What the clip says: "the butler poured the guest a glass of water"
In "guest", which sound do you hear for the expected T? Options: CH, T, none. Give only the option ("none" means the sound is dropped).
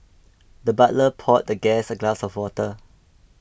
none